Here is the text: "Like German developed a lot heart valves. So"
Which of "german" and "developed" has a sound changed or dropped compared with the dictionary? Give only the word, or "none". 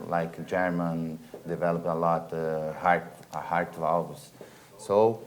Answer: developed